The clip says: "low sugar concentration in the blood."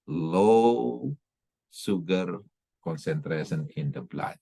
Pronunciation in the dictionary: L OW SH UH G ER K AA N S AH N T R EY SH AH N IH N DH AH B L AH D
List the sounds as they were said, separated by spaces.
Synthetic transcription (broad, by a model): L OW S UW G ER K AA N S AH N T R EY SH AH N IH N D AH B L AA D